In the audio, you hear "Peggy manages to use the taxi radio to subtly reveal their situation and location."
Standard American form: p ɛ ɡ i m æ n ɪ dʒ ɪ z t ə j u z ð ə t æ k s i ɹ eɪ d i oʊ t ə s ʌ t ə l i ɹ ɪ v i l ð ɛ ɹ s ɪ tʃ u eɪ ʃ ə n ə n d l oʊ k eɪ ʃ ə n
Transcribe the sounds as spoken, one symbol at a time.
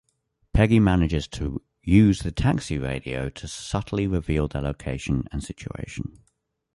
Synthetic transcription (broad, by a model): p ɛ ɡ i m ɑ n ɪ dʒ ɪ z t ə j u z ð ə t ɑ k s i ɹ eɪ d i oʊ t ə s ʌ t ə l i ɹ ɪ v i l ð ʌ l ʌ u eɪ ʃ ə n ə n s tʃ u eɪ ʃ ə n